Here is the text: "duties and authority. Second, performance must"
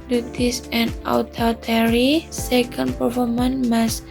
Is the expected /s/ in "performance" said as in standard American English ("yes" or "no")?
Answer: no